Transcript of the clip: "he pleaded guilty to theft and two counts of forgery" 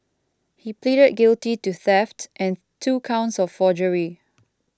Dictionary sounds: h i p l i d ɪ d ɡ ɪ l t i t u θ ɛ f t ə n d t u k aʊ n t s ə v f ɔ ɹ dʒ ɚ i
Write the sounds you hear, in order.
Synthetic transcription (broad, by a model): h i p l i d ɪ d ɡ ɪ l t i t u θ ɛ f t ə n t u k aʊ n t s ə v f ɔ dʒ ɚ i